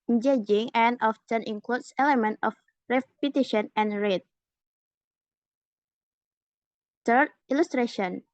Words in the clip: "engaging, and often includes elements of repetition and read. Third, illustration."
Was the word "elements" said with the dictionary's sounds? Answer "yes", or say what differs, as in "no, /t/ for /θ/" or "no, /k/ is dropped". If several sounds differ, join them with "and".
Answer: no, /s/ is dropped